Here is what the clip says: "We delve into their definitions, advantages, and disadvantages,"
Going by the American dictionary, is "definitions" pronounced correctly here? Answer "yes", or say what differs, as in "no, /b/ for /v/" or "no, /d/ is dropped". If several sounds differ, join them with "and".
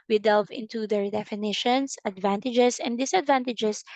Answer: no, /s/ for /z/